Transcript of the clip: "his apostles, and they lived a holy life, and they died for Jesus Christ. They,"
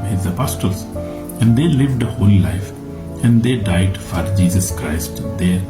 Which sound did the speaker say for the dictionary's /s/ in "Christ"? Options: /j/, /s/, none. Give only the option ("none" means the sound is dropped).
/s/